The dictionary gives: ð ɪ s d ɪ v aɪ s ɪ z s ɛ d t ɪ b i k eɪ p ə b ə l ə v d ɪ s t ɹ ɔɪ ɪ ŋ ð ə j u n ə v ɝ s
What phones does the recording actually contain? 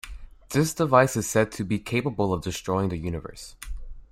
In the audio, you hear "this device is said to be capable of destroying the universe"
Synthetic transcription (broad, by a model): ð ɪ s d ɪ v aɪ s ɪ z s ɛ d t ɪ b i k eɪ p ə b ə l ə v d ɪ s t ɹ ɔɪ ɪ ŋ ð ə j u n ə v ɝ s